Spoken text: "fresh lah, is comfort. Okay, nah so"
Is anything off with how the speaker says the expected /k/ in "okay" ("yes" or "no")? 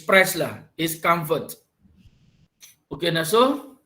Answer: no